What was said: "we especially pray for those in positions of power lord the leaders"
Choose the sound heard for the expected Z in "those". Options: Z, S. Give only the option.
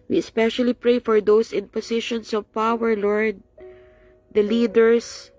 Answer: S